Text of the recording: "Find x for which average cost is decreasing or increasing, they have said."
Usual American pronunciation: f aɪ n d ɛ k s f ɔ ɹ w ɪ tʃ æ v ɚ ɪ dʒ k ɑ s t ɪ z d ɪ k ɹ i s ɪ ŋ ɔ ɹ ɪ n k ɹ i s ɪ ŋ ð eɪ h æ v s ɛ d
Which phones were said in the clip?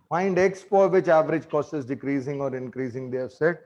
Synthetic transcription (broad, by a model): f aɪ n d ɛ k s p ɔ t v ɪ tʃ æ v ɚ ɪ dʒ k ɑ s t ɪ z d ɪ k ɹ i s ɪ ŋ ɔ ɹ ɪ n k ɹ i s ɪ ŋ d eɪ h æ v s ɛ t